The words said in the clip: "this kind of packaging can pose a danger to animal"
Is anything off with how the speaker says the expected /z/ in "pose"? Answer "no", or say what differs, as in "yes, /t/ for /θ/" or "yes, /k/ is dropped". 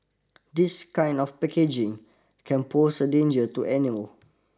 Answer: yes, /s/ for /z/